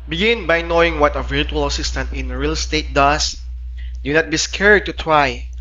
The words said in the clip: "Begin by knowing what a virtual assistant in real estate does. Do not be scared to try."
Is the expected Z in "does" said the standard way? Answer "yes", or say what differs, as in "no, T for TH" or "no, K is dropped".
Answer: no, S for Z